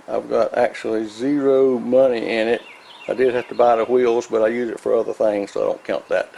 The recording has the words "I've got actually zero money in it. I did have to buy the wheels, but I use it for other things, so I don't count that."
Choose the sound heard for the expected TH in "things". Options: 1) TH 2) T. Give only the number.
1